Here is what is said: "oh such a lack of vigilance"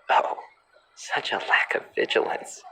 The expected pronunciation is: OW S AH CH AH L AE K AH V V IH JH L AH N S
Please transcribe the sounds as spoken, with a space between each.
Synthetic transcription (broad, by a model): OW S AH CH AH L AE K AH V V IH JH L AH N S